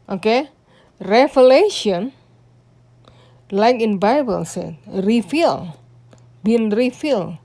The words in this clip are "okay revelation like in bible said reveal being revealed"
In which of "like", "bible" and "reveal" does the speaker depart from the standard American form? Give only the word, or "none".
reveal